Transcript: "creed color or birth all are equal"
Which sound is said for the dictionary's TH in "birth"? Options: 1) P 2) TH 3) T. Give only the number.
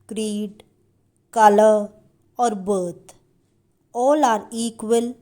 3